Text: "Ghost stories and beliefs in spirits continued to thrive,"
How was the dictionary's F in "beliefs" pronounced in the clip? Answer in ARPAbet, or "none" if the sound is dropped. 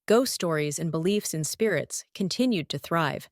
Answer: F